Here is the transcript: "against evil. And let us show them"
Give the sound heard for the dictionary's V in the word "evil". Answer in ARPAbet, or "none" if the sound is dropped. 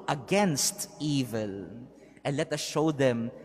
V